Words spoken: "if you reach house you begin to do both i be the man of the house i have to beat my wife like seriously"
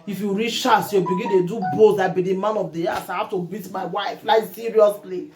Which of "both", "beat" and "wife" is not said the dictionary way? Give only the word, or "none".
both